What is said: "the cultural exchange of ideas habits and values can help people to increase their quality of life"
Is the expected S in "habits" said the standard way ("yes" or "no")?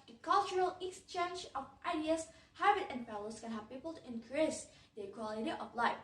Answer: no